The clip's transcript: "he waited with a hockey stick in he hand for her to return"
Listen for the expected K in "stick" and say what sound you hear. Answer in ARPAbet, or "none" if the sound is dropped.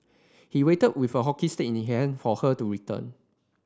none